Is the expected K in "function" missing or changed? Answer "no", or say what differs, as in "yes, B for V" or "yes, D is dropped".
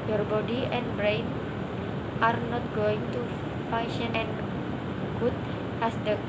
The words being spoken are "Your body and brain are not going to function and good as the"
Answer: yes, K is dropped